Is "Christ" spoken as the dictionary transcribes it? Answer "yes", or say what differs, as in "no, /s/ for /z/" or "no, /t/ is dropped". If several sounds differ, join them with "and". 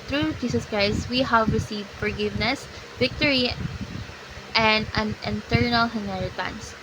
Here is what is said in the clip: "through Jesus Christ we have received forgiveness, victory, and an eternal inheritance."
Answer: yes